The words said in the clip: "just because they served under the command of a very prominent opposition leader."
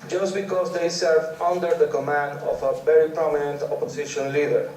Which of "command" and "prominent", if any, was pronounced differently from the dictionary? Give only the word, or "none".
none